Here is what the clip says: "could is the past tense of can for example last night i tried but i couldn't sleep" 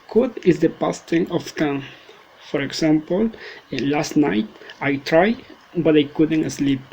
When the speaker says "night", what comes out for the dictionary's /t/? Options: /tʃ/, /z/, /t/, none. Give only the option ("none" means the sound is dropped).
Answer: /t/